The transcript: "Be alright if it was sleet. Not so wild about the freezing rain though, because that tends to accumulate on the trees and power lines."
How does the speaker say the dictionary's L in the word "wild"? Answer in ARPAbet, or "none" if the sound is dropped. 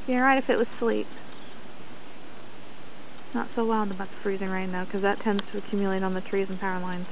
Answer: N